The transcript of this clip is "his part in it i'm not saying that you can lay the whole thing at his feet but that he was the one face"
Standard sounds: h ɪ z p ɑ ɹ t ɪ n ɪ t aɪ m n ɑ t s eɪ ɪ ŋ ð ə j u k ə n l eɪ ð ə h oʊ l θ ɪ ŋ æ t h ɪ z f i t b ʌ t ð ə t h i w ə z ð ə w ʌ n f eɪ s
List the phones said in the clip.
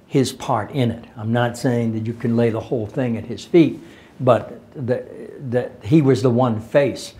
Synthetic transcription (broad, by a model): h ɪ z p ɑ ɹ t ɪ n ɪ t aɪ m n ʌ t s eɪ ɪ ŋ ð ə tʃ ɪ k ə n l eɪ ð ə h oʊ l θ ɪ ŋ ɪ t h ɪ z f i t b ʌ t ð ə t h i w ə z ð ə w ʌ n f eɪ s